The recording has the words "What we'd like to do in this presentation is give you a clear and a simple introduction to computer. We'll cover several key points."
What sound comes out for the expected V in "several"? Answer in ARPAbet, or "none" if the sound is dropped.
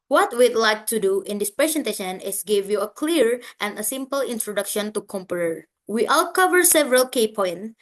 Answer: V